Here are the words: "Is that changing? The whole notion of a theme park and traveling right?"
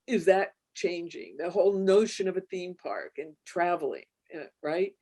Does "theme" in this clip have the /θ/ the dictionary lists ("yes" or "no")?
yes